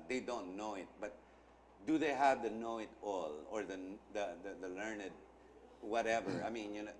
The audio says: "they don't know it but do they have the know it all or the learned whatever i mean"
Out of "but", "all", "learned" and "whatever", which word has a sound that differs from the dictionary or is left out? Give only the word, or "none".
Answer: none